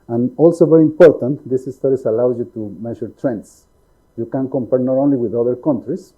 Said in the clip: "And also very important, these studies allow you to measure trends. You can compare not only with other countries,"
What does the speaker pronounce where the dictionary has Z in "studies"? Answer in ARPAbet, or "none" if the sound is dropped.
S